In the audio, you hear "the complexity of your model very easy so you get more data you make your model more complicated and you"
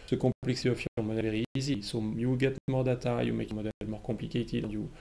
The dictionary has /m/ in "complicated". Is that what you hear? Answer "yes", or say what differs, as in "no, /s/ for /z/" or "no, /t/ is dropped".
no, /m/ is dropped